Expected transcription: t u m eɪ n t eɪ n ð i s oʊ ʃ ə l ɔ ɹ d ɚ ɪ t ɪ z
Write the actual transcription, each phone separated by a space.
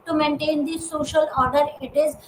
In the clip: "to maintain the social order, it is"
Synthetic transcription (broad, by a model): t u m eɪ n t eɪ n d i s oʊ ʃ ə l ɔ ɹ d ɚ ɪ t ɪ z